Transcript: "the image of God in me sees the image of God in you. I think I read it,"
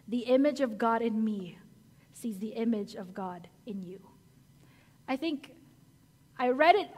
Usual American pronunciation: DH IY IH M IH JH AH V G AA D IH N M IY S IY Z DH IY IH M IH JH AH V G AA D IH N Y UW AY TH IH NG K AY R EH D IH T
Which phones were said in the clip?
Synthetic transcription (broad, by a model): DH IY IH M IH JH AH V G AA D IH N M IY S IY Z DH IY IH M IH JH AH V G AA D IH N Y UW AY TH IH NG K AY R EH D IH T